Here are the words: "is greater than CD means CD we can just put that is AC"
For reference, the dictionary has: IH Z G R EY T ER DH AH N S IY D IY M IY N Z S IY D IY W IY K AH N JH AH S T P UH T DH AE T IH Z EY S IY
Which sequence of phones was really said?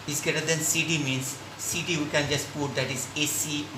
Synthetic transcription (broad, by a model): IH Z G EY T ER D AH N S IY D IY M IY N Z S IY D IY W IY K AH N JH AH S T P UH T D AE T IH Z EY S IY